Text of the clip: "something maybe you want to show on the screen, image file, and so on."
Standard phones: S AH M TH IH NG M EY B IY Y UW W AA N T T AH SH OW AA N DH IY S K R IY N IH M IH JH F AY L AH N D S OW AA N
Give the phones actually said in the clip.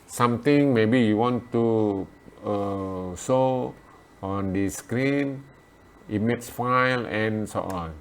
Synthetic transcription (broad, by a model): S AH M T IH NG M EY B IY Y UW W AA N T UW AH S OW AA N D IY S K R IY N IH M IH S F AY L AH N S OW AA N